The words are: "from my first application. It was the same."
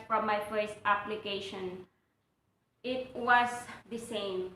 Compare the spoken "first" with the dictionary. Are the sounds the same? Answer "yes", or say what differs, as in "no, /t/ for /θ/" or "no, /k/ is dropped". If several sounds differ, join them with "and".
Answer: yes